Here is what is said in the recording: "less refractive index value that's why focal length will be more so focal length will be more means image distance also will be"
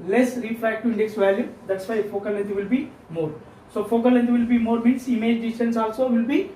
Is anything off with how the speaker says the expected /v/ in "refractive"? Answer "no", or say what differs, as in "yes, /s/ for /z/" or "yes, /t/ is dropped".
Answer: yes, /v/ is dropped